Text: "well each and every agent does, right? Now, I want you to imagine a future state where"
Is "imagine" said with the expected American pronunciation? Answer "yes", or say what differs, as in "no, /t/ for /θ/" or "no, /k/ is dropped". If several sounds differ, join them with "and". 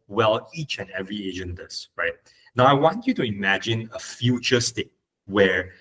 yes